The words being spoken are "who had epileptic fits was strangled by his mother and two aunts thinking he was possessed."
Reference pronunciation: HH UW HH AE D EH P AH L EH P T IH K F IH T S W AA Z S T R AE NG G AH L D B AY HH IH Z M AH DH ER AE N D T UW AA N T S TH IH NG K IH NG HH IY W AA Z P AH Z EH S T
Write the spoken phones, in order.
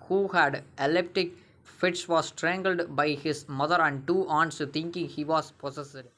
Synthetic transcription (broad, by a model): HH UW HH AE D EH L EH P T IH K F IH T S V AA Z S T R AE NG G AH L D B AY HH IH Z M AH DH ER AE N D T UW AA N T S T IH NG K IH NG HH IY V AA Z P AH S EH S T